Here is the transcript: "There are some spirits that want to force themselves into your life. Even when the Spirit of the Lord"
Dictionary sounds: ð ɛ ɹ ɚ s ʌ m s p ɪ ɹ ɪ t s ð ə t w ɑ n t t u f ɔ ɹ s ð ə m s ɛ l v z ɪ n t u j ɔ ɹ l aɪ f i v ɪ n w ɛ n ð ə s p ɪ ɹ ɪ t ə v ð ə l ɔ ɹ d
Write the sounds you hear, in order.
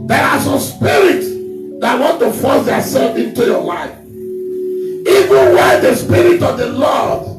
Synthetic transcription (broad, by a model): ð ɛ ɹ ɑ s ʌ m s p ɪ ɹ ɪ t s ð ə t w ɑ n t t u f ɔ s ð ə s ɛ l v ɪ n t u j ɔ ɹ l aɪ f i v ɪ n w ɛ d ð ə s p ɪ ɹ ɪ t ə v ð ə l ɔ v